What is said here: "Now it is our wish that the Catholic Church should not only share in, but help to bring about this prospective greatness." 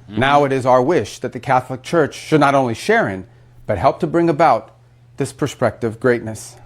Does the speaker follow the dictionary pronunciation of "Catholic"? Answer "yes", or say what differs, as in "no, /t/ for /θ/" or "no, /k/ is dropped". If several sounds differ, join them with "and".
yes